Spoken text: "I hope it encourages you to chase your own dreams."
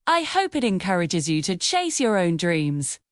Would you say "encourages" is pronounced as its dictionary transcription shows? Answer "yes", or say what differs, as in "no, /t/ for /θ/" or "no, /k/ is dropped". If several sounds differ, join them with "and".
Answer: yes